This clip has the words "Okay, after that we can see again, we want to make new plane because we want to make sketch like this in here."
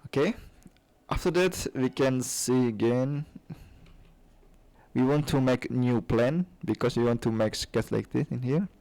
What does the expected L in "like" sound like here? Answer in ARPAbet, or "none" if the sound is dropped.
L